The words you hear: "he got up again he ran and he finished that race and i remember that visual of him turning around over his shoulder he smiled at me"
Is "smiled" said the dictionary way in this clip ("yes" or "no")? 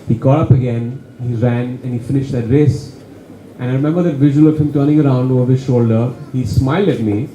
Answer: yes